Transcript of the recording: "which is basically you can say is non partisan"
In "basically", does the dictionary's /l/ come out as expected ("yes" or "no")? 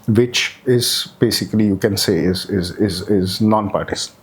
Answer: yes